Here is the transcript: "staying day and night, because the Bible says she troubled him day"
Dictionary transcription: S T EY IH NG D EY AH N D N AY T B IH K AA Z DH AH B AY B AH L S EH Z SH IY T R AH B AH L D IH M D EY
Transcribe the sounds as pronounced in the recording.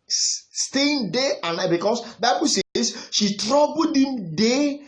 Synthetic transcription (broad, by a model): S T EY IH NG D EY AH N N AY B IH K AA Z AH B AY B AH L S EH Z SH IY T R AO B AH D IH M D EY